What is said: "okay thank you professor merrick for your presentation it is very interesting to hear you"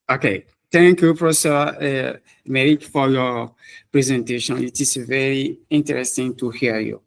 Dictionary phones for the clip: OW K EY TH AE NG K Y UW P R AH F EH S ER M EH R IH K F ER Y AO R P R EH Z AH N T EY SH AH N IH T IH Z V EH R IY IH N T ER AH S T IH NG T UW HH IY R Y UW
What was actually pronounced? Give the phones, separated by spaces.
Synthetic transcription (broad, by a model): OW K EY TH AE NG K Y UW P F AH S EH ER M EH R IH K F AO Y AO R P R EH Z AH N T EY SH AH N IH T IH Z V EH R IY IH N T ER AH S T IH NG T UW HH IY Y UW